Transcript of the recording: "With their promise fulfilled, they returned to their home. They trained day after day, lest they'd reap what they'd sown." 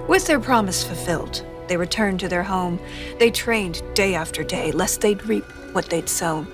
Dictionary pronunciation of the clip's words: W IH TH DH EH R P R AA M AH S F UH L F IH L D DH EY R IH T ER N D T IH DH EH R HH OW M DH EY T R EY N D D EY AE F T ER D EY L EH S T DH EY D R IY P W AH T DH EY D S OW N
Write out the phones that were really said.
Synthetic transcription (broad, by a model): W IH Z DH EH R P R AA M AH S F UH L F IH L D DH EY R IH T ER N T IH DH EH R HH OW M DH EY T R EY N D D EY AE F T ER D EY L EH S T DH EY D R IY P W AH T DH EY D S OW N